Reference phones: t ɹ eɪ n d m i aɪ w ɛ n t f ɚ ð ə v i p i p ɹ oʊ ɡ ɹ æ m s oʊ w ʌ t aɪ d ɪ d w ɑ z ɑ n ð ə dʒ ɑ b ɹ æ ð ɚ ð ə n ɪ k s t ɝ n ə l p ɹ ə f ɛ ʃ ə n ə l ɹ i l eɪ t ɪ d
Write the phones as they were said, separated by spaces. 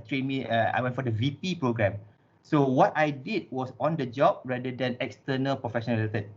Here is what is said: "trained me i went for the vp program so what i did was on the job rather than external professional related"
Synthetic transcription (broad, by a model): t ɹ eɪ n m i aɪ w ɛ n t f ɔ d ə v i p i p ɹ oʊ ɡ ɹ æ m s oʊ w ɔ t aɪ d ɪ d w ɑ s ɑ n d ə dʒ ɑ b ɹ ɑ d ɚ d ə n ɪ k s t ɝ n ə l p ɹ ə f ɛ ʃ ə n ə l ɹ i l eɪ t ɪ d